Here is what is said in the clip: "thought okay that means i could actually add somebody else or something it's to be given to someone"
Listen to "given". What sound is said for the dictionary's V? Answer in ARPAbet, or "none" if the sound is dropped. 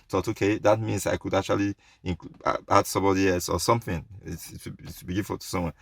F